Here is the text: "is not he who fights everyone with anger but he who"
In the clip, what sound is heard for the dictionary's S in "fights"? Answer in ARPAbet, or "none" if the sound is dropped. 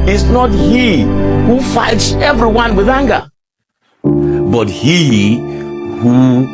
S